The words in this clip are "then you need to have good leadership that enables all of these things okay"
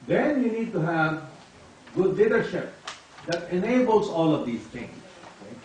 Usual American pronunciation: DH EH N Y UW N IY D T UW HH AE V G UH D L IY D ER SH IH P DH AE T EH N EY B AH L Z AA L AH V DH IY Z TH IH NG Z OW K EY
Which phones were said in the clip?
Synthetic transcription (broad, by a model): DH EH N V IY N IY D T UW HH AE V G UH D L IY D ER SH IH P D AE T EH N EY B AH L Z AA L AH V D IY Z T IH NG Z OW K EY